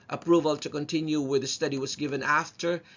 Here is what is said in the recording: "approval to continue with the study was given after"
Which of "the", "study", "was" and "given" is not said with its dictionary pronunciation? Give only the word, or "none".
none